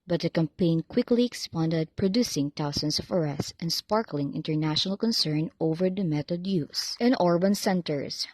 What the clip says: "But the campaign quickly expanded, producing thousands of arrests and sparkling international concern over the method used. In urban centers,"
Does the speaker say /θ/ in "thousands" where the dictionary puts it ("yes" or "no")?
no